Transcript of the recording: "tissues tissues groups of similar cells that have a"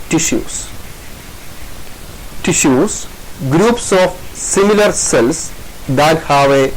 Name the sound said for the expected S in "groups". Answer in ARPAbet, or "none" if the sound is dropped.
S